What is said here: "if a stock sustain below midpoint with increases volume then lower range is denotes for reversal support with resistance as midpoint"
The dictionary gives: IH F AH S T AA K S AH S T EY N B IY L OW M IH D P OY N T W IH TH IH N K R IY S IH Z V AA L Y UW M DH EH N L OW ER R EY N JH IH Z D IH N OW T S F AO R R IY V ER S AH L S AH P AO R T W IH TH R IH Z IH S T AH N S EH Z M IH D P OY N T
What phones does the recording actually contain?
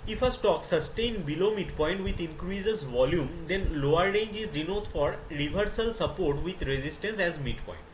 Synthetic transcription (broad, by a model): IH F AH S T AA K S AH S T EY N B IY L OW M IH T P OY N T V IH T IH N K R IY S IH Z V AA L Y UW M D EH N L OW ER R EY N JH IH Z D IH N OW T F AO R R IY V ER S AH L S AH P AO R T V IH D R IH Z IH S T AH N S EH Z M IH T P OY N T